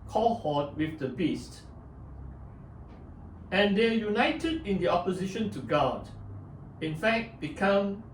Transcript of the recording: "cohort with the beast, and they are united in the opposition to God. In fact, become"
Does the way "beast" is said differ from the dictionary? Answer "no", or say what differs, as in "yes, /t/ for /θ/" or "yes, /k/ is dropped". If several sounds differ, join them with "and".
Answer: no